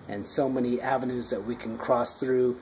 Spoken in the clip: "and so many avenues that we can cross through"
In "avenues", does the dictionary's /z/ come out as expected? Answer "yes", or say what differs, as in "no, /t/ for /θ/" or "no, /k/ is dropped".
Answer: yes